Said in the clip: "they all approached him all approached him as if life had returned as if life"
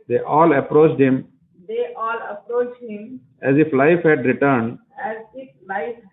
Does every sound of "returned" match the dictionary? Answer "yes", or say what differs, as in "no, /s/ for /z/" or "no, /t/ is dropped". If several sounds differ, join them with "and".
yes